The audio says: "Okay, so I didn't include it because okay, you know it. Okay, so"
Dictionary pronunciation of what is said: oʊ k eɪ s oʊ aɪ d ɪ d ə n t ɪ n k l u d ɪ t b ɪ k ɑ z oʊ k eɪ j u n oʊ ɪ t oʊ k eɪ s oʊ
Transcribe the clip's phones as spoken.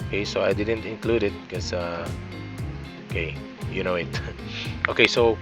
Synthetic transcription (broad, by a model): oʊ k eɪ s oʊ aɪ d ɪ d ə n t ɪ n k l u d ɪ t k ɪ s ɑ oʊ k eɪ j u n oʊ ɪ t oʊ k eɪ s oʊ